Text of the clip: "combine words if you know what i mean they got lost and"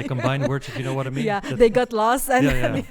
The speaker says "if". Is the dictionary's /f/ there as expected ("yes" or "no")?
no